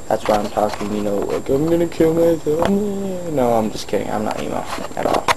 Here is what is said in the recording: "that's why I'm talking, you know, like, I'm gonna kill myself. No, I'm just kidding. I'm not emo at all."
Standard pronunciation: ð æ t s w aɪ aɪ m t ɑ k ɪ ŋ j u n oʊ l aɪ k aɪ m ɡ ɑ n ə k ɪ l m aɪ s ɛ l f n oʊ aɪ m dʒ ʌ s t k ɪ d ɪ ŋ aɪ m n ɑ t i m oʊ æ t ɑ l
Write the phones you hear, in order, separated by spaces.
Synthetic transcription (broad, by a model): ð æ t s w aɪ aɪ m t ɑ k ɪ ŋ j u n oʊ w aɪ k aɪ m ɡ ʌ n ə k ɪ l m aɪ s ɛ n oʊ aɪ m dʒ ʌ s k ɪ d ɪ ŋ aɪ m n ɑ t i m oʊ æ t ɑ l